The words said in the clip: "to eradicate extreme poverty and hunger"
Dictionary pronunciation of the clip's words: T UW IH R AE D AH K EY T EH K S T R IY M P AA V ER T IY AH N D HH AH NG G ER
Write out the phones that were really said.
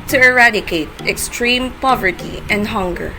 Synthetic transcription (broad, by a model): T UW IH R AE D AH K EY T EH K S T R IY M P AA V ER T IY AH N D HH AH NG G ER